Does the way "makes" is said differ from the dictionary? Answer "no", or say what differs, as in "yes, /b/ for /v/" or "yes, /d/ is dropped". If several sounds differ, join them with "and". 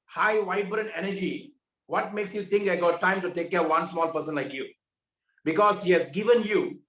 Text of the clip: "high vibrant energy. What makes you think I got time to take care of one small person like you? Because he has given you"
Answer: no